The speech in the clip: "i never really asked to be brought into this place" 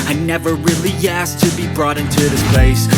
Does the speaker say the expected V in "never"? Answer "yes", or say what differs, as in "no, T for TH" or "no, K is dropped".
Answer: yes